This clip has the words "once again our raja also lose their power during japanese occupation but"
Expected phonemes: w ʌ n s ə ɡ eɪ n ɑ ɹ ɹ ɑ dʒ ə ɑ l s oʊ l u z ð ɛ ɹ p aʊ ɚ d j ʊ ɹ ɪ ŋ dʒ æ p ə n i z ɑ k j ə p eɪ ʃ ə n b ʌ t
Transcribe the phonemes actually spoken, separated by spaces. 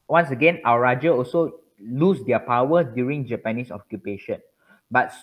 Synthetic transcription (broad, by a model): w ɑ n s ə ɡ eɪ n ɑ w ɹ ɑ dʒ ə ɑ l s oʊ l u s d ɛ p aʊ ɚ d j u ɹ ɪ ŋ dʒ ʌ p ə n i s ɑ k j ə p eɪ ʃ ə n b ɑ t